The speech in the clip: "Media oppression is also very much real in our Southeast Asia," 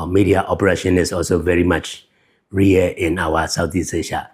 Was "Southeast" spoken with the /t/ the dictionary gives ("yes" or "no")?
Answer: no